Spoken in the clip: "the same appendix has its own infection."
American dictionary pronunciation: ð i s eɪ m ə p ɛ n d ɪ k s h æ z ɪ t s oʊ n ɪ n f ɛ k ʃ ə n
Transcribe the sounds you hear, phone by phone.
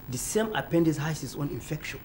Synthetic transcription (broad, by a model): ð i s eɪ m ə p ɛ n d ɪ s h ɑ s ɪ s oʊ n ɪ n f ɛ k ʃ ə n